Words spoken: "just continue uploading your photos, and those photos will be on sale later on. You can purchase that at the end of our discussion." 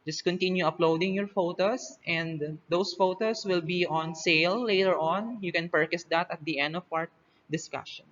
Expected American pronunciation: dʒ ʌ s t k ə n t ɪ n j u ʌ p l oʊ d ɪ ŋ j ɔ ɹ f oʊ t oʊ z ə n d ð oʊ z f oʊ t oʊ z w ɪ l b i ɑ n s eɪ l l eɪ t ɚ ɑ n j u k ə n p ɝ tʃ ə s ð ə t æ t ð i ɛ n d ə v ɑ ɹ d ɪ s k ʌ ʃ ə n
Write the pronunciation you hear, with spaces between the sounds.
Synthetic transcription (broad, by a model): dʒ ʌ s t k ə n t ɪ n j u ʌ p l oʊ d ɪ ŋ j ɔ ɹ f oʊ t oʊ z ə n d oʊ s f oʊ t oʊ s w ɪ l b i ɑ n s eɪ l l eɪ t ɚ ɑ n j u k ə n p ɝ tʃ ə s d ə t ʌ t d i ɛ n d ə w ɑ ɹ d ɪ s k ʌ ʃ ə n